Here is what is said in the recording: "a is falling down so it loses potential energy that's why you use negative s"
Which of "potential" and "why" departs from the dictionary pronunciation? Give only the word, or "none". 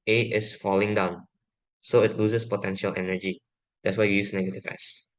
none